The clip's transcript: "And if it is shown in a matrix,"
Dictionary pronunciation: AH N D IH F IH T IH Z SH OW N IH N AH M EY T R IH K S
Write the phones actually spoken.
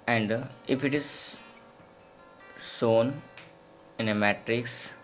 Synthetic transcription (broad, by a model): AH N D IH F IH T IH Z S OW N IH N AH M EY T R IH K S